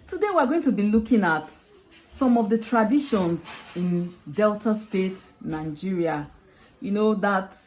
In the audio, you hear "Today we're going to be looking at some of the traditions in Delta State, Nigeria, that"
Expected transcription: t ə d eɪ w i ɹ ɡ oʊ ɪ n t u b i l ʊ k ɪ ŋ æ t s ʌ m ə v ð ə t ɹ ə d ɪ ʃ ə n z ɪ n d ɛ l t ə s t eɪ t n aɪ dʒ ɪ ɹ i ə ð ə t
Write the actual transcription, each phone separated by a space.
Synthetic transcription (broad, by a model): t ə d eɪ w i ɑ ɡ oʊ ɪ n t u b i l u k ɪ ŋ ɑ t s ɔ m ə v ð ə t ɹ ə d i ʃ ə n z ɪ n d ɛ l t ə s t eɪ t n aɪ dʒ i ɹ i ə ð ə t